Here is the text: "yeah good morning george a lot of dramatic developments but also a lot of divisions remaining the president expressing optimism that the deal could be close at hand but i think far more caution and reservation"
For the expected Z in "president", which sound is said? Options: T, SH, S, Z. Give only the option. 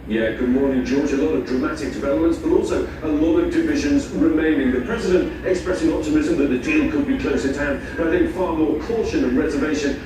Z